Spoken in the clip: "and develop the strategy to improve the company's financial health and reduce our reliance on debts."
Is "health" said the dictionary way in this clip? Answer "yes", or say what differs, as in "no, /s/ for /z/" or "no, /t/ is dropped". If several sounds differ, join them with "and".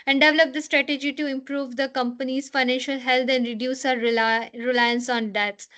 no, /t/ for /θ/